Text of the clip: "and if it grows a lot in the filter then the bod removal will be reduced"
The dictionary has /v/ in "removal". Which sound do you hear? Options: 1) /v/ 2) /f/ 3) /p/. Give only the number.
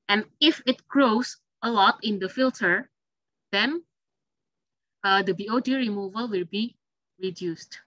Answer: 1